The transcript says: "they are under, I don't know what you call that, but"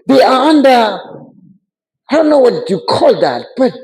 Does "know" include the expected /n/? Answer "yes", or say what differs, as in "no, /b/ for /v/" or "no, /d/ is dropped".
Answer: yes